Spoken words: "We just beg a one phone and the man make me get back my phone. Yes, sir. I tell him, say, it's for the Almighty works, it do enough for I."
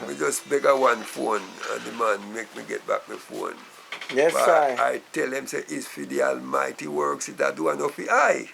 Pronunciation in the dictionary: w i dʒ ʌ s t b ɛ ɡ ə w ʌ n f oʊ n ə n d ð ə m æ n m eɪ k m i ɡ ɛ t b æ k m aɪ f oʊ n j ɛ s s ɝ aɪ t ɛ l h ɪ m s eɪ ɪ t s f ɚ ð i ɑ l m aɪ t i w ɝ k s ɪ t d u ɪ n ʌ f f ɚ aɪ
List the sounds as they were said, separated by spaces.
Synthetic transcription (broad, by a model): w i dʒ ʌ s b ɛ ɡ ə w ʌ n f oʊ n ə n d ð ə m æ n m eɪ k m i ɡ ɛ t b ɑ k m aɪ f oʊ n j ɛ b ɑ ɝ aɪ t ɛ l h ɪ m s eɪ t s f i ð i ɑ l m aɪ t i w ɝ k s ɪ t d u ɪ n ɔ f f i aɪ